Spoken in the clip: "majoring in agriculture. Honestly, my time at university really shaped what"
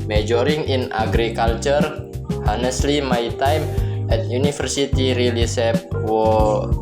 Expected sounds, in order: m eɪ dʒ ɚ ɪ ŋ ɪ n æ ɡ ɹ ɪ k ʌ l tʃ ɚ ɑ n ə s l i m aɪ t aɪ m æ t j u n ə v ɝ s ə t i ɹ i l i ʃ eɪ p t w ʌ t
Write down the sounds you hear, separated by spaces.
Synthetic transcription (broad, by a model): m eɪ dʒ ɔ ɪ ŋ ɪ n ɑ ɡ ɹ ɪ k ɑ l tʃ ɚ ɑ n ə s l i m aɪ t aɪ m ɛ t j u n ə f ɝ s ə t i ɹ i l i s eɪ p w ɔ